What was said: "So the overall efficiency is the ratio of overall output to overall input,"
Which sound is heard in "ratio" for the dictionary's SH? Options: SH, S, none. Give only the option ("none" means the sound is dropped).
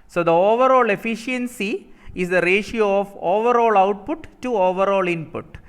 SH